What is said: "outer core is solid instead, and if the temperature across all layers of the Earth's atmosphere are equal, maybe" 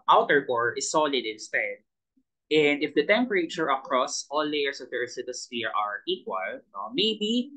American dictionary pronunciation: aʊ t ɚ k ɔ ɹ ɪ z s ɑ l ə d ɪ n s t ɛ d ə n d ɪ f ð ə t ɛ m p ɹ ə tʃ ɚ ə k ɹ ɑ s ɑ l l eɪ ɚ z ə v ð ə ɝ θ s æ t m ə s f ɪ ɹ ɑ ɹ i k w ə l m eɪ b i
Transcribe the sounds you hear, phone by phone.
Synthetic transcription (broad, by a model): aʊ t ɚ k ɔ ɹ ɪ s ɑ l ə d ɪ n s t ɛ d ə n d ɪ f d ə t ɛ m p ɹ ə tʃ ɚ ə k ɹ ɑ s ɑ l l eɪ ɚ s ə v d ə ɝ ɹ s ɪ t ə s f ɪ ɹ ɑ ɹ i k w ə l m eɪ b i